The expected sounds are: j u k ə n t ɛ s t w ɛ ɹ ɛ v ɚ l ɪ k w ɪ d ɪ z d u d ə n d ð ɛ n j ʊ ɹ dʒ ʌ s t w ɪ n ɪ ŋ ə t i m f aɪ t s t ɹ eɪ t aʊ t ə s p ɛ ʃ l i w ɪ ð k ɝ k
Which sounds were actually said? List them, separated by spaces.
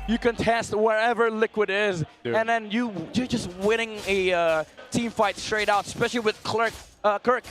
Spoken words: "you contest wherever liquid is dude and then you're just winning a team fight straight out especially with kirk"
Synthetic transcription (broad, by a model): j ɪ k ə n t ɛ s t w ɛ ɹ ɛ v ɚ l ɪ k w ɪ d ɪ z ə n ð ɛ n j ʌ ɹ dʒ ʌ s t w ɪ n ɪ ŋ ə t i m f aɪ t s t ɹ eɪ t aʊ t ə s p ɛ ʃ l i w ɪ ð k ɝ k